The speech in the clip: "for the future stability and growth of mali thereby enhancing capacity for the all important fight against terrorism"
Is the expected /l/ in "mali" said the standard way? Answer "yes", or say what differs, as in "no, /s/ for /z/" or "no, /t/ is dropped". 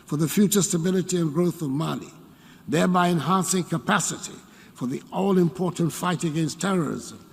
no, /n/ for /l/